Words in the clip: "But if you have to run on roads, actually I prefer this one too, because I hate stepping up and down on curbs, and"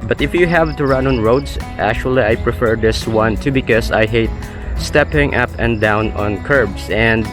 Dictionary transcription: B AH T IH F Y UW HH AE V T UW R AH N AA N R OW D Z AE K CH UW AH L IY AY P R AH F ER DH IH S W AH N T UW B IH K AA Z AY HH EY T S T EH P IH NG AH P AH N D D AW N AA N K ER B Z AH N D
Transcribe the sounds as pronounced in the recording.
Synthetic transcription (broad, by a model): B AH T IH F Y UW HH AE V T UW R AH N AA N R OW D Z AE K CH UW AH L IY AY P R AH F ER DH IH S W AH N T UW B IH K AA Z AY HH EY T S T EH P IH NG AH P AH N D D AW N AA N K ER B S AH N D